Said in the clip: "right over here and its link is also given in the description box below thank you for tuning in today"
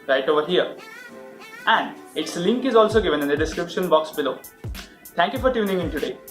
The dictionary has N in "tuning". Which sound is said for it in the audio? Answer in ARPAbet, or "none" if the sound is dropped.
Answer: N